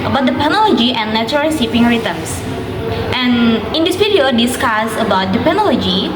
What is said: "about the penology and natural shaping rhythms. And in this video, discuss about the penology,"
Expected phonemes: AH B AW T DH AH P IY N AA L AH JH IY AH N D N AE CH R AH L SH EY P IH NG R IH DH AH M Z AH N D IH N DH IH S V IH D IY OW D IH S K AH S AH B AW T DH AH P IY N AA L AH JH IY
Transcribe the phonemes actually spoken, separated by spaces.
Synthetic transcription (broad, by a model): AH B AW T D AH P IY N AA L AH JH IY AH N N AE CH R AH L S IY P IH NG R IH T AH M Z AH N IH N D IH S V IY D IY OW D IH S K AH S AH B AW T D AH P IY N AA L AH JH IY